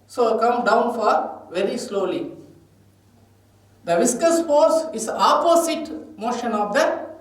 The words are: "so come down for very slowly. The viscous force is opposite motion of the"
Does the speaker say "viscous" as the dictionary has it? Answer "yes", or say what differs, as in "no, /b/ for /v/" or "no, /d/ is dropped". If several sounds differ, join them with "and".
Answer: yes